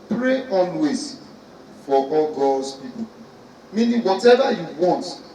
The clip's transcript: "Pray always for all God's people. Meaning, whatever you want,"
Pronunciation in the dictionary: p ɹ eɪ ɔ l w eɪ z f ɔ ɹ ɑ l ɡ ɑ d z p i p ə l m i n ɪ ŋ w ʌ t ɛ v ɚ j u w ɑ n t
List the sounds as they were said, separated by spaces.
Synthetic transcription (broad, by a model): p ɹ eɪ ɔ n w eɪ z f ɔ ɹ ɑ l ɡ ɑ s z p i p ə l m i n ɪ w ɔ t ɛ v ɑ j u w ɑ n t